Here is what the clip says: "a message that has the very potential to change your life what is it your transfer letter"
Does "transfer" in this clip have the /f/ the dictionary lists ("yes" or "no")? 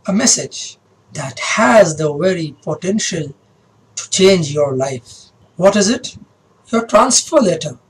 yes